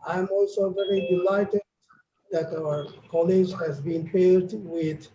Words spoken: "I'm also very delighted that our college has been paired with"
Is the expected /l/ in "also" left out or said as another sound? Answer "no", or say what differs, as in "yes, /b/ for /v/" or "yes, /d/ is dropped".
no